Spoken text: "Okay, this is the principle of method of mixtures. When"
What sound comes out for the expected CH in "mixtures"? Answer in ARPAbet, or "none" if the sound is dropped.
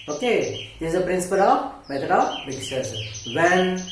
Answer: none